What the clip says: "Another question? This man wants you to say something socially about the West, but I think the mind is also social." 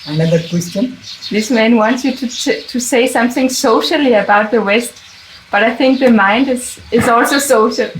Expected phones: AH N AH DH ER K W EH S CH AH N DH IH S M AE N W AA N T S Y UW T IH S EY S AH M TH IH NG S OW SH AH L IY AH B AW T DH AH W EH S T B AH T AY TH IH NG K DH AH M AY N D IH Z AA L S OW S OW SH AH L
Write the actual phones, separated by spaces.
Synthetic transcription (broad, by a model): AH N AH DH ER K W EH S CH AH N DH IH S M AE N W AA N T S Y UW T IH S EY S AH M TH IH NG S OW SH AH L IY AH B AW T DH AH W EH S T B AH T AY TH IH NG K DH AH M AY N D IH Z AA L S OW S OW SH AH L